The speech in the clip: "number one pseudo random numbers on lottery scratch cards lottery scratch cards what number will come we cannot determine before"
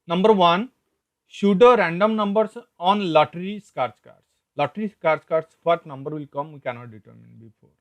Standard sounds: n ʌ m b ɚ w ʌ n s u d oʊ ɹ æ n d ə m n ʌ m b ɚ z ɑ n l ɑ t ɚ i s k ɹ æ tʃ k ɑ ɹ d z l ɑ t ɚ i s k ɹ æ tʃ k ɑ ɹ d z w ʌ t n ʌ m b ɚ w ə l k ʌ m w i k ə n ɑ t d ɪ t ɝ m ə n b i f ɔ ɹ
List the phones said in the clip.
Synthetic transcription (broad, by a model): n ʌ m b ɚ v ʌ n ʃ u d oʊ ɹ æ n d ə m n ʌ m b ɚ s ɑ n l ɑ t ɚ i s k ɹ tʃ k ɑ ɹ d s l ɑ t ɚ i s k ɹ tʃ k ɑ ɹ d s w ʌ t n ʌ m b ɚ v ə l k ʌ m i k ə n ɑ t d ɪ t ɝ m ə n b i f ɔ ɹ